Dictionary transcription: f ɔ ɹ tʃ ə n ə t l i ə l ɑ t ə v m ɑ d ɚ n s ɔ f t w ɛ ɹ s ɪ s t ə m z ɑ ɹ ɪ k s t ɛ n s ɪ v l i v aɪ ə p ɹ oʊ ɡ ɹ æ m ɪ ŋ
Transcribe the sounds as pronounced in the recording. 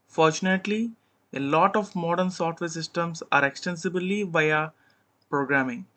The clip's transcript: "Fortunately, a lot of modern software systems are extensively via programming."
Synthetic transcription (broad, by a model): f ɔ ɹ tʃ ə n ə t l i ə l ɑ t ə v m ɑ d ɚ n s ɔ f t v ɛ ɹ s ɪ s t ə m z ɑ ɹ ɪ k s t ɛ n s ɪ b l i v aɪ ə p ɹ oʊ ɡ ɹ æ m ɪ ŋ